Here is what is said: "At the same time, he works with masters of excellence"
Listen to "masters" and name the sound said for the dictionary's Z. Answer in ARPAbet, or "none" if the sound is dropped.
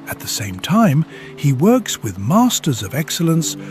Z